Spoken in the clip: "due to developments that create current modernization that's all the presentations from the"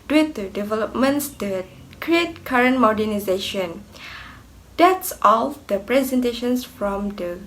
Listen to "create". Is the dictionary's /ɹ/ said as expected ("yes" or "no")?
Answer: yes